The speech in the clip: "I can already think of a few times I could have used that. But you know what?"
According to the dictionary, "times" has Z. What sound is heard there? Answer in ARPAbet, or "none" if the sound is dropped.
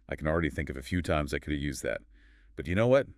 Z